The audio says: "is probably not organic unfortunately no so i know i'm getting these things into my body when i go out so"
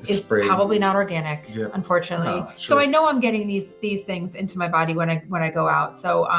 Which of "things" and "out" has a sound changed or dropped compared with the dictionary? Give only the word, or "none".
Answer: none